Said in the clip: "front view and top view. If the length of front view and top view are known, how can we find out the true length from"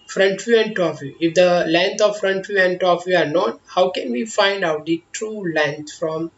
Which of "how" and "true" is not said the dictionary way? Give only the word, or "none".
none